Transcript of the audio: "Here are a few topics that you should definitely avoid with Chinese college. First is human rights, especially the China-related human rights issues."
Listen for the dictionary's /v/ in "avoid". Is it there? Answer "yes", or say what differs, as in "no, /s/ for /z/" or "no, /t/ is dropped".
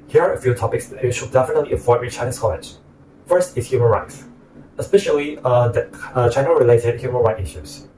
no, /f/ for /v/